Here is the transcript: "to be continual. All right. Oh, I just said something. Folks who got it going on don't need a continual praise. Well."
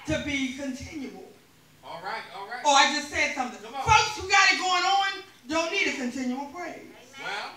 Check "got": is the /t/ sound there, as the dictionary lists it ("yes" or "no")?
yes